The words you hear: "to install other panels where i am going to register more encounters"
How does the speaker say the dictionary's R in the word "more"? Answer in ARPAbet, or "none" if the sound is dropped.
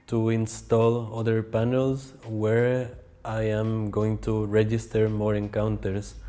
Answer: R